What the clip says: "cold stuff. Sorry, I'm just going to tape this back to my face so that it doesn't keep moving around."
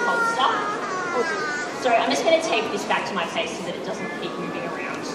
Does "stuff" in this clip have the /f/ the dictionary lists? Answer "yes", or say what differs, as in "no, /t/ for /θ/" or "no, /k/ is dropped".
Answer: no, /p/ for /f/